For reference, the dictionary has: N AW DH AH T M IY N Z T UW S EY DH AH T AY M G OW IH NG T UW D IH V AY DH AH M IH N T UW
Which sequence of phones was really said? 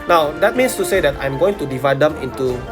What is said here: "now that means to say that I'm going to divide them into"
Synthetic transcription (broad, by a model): N AW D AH T M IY N S T UW S EY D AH T AY M G OW IH NG T UW D IH V AY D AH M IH N T UW